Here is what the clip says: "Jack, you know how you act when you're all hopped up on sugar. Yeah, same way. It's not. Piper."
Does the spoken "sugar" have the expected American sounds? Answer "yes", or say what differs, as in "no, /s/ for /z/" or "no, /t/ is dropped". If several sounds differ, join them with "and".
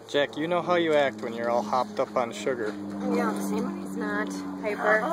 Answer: yes